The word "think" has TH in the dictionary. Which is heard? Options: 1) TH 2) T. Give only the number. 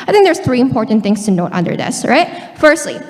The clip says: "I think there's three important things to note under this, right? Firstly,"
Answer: 1